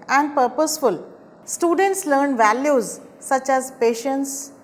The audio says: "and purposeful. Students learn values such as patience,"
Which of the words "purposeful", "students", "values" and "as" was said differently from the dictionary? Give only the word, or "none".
none